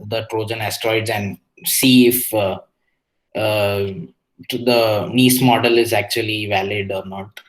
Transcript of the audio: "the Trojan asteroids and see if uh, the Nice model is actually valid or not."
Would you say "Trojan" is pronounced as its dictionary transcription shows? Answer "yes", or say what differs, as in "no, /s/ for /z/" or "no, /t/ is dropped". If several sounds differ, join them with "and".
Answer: yes